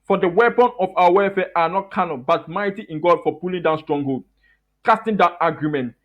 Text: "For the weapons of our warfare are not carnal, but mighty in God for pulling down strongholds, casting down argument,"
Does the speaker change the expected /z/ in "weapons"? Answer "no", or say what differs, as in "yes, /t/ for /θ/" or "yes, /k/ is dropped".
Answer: yes, /z/ is dropped